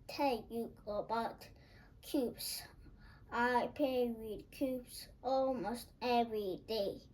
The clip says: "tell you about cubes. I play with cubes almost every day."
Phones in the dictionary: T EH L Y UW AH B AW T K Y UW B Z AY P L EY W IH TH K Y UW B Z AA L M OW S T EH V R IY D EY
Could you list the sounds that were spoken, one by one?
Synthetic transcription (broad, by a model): T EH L Y UW AH B AW T K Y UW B S AY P EY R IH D K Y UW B S AA L M OW S T EH V R IY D EY